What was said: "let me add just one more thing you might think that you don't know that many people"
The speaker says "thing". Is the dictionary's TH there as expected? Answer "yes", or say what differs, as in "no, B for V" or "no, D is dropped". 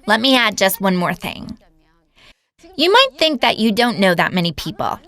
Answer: yes